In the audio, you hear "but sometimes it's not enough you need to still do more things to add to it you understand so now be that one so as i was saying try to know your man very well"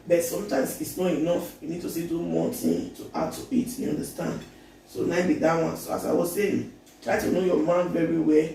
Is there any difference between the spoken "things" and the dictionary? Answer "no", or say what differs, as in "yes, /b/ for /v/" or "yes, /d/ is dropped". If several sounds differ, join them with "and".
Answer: yes, /z/ is dropped